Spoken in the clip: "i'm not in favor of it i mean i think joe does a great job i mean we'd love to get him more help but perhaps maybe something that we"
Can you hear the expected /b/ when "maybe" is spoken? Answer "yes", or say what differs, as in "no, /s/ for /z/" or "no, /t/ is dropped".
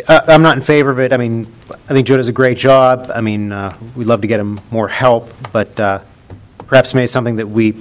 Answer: no, /b/ is dropped